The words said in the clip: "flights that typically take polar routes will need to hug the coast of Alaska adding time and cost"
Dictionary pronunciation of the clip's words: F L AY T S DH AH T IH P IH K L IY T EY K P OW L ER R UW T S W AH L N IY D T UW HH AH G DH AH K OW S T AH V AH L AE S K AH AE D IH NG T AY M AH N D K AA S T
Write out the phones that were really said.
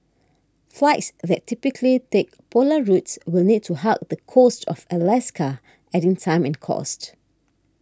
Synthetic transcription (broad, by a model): F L AY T S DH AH T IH P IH K L IY T EY K P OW L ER R UW T S W AH L N IY D T UW HH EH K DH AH K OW S T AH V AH L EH S K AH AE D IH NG T AY M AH N K AA S T